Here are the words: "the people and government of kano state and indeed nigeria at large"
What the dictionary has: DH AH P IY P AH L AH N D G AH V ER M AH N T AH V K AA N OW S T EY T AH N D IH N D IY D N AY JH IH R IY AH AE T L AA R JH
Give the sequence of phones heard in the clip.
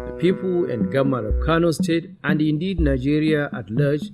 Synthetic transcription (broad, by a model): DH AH P IY P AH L AH N D G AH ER M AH T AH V K AA N OW S T EY T AH N D IH N D IY D N AY JH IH R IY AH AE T L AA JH